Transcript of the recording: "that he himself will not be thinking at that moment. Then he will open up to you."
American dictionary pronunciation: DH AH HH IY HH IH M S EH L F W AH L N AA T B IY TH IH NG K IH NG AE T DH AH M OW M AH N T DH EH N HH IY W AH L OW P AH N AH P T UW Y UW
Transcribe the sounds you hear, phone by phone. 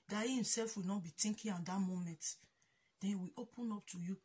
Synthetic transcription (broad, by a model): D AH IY HH IH M S EH L F W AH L N AA T B IY T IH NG K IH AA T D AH M OW M AH N T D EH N W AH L OW P AH N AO P T UW Y UW